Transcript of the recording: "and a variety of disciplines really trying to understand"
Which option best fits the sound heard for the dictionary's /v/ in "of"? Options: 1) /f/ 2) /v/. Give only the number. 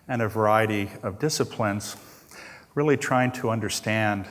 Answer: 2